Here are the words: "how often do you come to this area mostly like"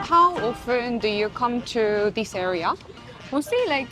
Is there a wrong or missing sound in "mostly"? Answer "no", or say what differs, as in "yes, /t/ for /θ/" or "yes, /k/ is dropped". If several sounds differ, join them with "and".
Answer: yes, /l/ is dropped